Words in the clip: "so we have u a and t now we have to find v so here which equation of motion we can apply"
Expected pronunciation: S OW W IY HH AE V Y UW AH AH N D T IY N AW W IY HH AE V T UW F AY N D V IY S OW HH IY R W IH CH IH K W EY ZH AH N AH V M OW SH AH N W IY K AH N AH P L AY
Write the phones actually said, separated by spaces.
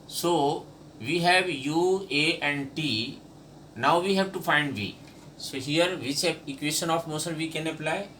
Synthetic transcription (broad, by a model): S OW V IY HH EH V Y UW AH AH N D T IY N AW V IY HH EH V T UW F AY N D V IY S OW HH IY R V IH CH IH K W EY SH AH N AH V M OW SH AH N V IY K AH N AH P L AY